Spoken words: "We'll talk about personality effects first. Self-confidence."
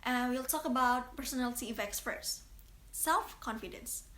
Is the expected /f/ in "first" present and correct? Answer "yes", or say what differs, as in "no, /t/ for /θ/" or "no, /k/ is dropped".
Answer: no, /p/ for /f/